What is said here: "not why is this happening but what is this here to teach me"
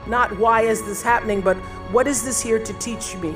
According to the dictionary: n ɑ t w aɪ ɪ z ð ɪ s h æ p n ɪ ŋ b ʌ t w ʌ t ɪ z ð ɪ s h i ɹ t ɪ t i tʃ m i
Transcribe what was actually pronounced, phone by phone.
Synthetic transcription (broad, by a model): n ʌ t w aɪ ɪ z ð ɪ s h æ p n ɪ ŋ b ʌ t w ʌ t ɪ z ð ɪ s h i ɹ t ɪ t i tʃ m i